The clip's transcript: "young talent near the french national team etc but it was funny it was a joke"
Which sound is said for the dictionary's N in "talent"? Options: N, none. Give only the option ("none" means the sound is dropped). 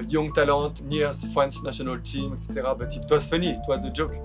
none